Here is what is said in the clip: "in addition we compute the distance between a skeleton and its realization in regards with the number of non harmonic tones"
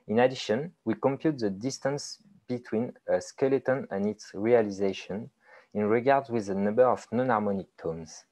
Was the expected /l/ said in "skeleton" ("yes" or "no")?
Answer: yes